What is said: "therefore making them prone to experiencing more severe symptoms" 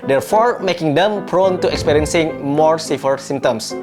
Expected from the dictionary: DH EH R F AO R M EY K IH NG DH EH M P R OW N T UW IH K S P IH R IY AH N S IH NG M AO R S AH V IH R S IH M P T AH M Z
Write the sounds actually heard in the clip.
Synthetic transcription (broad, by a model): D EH R F AO R M EY K IH NG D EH M P R OW N T UW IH K S P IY R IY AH N S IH NG M AO R S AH F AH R S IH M T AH M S